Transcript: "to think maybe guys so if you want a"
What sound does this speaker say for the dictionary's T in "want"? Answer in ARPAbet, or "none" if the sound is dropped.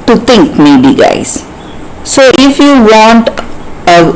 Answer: T